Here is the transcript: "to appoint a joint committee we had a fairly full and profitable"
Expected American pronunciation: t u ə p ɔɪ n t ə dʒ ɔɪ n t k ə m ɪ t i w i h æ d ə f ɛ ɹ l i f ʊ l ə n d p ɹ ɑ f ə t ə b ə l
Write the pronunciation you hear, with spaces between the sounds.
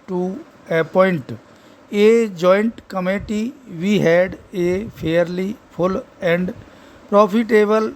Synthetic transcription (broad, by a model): t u ə p ɔɪ n t ə dʒ ɔɪ n t k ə m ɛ t i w i h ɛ d ə p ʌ ɹ l i p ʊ l ə n d p ɹ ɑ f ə t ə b ə l